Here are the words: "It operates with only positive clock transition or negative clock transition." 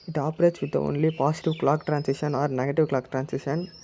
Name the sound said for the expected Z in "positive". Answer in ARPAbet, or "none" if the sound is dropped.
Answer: S